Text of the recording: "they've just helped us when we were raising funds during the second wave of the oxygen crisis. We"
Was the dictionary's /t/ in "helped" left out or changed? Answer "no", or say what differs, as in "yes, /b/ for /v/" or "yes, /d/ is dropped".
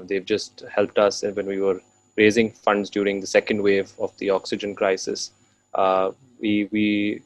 no